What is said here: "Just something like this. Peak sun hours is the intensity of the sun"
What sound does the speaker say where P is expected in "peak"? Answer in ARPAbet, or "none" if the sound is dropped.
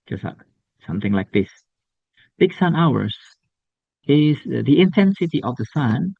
B